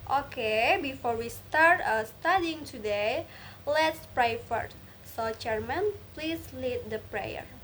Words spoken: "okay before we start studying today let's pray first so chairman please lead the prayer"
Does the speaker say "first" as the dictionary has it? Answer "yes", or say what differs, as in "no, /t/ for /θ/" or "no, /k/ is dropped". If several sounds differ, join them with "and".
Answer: no, /s/ is dropped